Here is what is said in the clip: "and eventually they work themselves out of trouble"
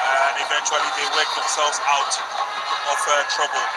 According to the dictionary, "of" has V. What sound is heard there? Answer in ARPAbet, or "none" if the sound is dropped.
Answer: F